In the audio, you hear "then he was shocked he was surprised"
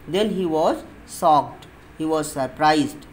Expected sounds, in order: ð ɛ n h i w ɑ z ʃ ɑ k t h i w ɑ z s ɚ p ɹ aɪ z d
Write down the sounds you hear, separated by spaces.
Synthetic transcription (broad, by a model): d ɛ n h i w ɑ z s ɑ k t h i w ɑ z s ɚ p ɹ aɪ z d